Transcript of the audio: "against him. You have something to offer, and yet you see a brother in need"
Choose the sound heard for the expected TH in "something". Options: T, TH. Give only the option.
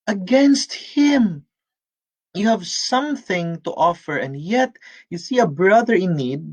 TH